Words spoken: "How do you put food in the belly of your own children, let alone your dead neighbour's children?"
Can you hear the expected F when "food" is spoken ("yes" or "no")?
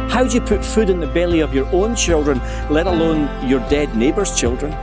yes